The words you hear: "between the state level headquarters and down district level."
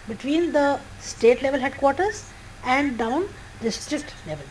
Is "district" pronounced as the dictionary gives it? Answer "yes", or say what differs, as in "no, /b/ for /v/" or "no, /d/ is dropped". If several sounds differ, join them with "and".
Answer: yes